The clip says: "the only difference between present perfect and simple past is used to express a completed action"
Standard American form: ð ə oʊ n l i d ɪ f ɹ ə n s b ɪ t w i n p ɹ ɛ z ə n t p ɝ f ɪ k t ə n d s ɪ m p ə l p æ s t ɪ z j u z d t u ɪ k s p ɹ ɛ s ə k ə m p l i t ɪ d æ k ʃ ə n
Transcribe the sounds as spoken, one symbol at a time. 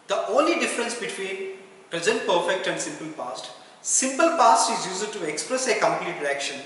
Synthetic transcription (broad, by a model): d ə oʊ n l i d ɪ f ɹ ə n s b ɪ t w i n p ɹ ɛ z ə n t p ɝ f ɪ k t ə n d s ɪ m p ə l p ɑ s t ɪ z j u z d t u ɪ k s p ɹ ɛ s ə k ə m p l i t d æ k ʃ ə n